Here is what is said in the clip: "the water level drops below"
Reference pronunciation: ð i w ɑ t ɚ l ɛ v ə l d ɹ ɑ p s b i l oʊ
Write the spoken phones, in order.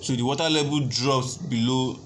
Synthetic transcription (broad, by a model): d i w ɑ t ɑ l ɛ b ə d ɹ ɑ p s b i l oʊ